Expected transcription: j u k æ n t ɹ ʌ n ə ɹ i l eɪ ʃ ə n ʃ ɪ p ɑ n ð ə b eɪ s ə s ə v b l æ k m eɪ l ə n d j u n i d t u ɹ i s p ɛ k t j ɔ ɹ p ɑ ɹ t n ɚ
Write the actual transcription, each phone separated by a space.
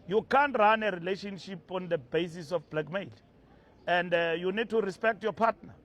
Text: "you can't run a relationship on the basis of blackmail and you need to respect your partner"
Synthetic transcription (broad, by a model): j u k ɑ n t ɹ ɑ n ə ɹ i l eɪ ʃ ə n ʃ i p ɑ n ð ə b eɪ s ə s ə f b l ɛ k m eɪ l ə n d j u n i d t u ɹ i s p ɛ k t j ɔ p ɑ t n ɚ